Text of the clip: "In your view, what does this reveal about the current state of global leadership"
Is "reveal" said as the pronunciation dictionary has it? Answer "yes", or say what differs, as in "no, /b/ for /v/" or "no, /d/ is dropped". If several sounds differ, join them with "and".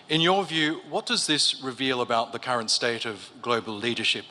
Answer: yes